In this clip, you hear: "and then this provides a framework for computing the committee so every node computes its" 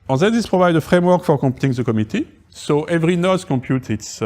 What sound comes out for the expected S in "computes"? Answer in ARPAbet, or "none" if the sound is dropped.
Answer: none